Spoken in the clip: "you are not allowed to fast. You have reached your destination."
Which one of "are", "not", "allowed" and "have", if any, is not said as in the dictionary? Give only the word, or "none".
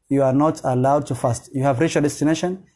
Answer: none